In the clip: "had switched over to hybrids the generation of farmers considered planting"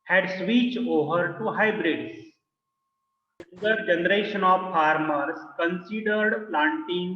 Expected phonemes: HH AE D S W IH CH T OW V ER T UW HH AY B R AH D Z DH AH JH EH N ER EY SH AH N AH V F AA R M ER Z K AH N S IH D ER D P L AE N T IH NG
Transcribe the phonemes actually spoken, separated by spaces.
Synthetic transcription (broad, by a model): HH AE D S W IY CH OW V ER T UW HH AY B R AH D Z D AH JH EH N ER EY SH AH N AH V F AA R M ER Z K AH N S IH D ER D P L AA N T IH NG